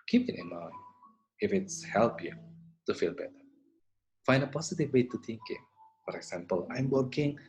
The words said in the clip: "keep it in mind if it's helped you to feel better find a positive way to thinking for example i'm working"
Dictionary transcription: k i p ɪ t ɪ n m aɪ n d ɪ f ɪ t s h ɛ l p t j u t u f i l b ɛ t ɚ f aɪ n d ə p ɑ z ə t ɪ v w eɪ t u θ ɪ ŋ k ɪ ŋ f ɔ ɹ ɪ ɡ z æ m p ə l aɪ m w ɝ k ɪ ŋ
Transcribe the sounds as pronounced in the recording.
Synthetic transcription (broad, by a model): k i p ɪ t ɪ n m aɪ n ɪ f ɪ t s h ɛ l p j u t u f i l b ɛ t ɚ f aɪ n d ə p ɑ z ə t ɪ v w eɪ t u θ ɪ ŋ k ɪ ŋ f ɔ ɹ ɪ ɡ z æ m p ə l aɪ m w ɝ k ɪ ŋ